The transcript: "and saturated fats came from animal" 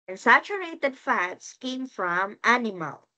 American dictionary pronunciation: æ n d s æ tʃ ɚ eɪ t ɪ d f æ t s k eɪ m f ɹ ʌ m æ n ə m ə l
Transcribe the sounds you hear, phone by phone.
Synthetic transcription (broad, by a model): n s æ tʃ ɚ eɪ t ɪ d f æ t s k eɪ m f ɹ ʌ m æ n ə m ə l